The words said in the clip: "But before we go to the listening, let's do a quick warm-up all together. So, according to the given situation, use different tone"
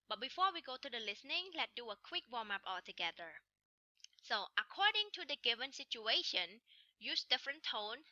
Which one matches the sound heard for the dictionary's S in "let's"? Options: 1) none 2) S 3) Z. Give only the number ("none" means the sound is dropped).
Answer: 1